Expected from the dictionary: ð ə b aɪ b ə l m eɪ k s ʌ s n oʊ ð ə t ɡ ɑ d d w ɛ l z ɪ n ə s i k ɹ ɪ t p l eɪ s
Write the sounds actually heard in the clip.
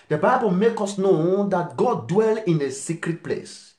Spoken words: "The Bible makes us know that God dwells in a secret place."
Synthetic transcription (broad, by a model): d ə b aɪ b ə l m eɪ k ɔ s n oʊ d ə t ɡ ɑ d d w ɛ l ɪ n ə s i k ɹ ɪ t p l eɪ s